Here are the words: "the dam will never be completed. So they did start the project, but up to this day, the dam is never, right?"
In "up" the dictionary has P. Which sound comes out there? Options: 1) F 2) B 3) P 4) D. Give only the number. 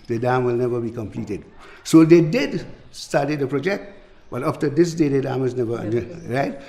1